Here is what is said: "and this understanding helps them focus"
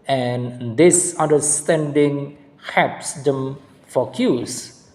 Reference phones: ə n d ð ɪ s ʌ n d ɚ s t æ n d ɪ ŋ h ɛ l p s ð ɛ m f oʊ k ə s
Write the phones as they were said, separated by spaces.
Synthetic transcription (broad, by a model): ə n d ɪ s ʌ n d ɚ s t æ n d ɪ ŋ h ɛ p s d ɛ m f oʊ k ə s